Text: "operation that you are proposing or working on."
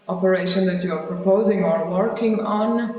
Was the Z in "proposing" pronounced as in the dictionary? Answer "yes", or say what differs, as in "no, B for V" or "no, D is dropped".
yes